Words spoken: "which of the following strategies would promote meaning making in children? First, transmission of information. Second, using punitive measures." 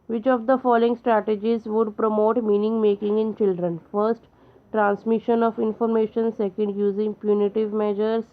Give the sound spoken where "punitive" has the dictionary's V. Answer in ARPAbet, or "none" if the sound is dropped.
V